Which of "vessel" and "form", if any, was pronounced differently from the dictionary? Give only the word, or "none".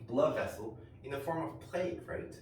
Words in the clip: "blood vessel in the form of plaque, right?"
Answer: none